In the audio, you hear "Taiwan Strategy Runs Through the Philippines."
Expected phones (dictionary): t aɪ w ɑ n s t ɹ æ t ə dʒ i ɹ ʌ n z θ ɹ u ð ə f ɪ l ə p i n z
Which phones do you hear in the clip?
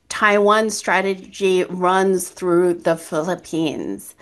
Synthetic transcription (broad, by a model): t aɪ w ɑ n s t ɹ æ t ə dʒ i ɹ ʌ n z θ ɹ u ð ə f ɪ l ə p i n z